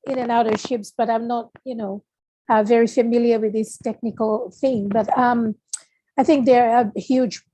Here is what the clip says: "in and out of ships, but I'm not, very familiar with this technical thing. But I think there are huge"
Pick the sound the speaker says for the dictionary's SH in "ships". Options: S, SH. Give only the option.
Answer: SH